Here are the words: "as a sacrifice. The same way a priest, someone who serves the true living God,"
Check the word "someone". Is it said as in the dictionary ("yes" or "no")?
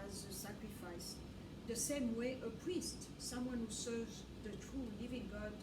yes